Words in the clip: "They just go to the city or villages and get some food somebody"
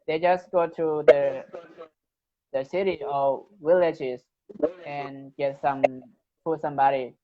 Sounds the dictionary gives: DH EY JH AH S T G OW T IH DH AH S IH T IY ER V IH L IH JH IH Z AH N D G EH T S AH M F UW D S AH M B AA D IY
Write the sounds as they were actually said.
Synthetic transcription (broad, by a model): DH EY JH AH S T G OW T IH DH AH S IH T IY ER W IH L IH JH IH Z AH N G EH T S AH M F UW S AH M B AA D IY